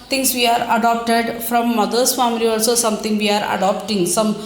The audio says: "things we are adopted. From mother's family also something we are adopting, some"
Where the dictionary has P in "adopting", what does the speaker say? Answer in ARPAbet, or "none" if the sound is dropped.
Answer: P